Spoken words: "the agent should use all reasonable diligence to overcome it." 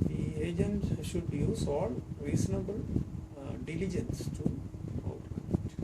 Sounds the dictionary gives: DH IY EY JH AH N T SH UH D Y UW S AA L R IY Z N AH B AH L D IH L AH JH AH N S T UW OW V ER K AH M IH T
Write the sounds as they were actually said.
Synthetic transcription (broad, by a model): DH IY EY JH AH N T SH UH D Y UW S AA L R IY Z N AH B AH L D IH L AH JH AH N S T UW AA UH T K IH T